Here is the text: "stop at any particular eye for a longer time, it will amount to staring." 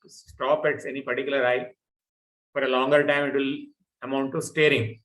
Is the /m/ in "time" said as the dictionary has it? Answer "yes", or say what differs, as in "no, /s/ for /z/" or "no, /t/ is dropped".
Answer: yes